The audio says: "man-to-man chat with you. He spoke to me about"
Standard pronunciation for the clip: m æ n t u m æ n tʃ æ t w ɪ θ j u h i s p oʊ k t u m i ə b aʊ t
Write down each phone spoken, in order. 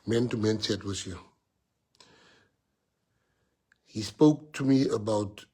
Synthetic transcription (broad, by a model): m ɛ n t u m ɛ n s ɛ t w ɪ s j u h i s p oʊ k t u m i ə b aʊ t